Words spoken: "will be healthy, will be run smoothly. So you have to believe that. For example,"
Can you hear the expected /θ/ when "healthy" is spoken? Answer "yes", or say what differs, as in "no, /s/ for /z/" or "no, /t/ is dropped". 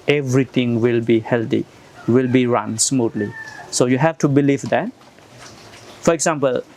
no, /t/ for /θ/